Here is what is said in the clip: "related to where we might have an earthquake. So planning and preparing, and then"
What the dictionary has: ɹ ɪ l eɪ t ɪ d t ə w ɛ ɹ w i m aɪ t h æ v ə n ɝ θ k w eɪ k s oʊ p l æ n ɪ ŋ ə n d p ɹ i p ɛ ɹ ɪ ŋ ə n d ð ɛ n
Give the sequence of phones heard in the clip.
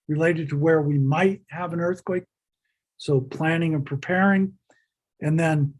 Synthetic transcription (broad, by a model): ɹ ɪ l eɪ t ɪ d t ə w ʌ ɹ w i m aɪ t h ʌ v ə n ɝ θ k w eɪ k s oʊ p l æ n ɪ ŋ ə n p ɹ i p ɛ ɹ ɪ ŋ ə n ð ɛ n